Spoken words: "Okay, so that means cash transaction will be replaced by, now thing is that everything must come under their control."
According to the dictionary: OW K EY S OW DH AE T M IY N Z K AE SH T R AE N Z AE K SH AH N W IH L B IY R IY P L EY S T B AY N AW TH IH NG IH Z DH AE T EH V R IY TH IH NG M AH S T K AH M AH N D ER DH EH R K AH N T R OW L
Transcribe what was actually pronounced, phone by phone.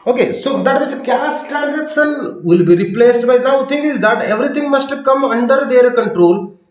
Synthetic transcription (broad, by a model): OW K EY S OW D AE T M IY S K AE S T R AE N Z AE K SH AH N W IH L B IY R IY P L EY S T B AY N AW T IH NG IH Z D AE T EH V R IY T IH NG M AH S T K AH M AH N D ER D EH R K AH N T R OW L